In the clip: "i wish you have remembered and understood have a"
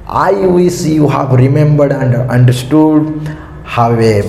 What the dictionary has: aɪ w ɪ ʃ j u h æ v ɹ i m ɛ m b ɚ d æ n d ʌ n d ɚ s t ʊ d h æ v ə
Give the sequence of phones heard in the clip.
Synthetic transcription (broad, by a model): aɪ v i s j u h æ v ɹ i m ɛ m b ɚ d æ n d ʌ n d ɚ s t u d h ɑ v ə